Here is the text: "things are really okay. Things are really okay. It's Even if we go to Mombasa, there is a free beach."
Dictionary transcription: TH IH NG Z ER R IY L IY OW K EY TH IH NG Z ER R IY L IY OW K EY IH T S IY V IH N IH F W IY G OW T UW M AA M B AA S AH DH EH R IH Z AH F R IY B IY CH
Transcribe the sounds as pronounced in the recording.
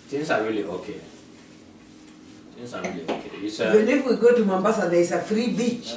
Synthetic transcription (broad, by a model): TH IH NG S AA R IY L IY OW K EY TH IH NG S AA R IY L IY OW K EY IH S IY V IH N IH F W IY G OW T UW M AA M B AA S AH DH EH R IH S AH F R IY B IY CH